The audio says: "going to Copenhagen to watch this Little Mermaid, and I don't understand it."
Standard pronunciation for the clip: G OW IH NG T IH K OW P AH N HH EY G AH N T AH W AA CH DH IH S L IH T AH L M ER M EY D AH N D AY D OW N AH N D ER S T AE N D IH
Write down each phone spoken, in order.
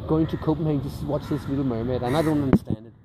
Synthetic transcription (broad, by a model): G OW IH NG T IH K OW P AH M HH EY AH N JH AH W AA CH DH IH S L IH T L M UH M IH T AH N AY D OW N AH N D ER S T AE N D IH